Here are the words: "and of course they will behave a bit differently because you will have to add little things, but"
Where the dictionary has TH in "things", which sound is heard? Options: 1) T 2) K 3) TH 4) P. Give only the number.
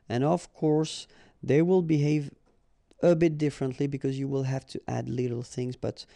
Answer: 3